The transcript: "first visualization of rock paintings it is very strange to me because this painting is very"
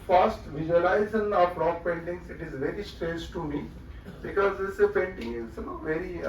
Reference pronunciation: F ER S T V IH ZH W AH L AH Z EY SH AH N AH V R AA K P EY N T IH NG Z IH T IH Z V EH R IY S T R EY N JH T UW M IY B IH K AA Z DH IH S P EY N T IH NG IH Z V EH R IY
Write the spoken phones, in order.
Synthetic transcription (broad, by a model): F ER S T V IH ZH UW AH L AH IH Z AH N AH B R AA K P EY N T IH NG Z IH T IH Z V EH R IY S T R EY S T UW M IY B IH K AA Z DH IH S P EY N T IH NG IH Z V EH R IY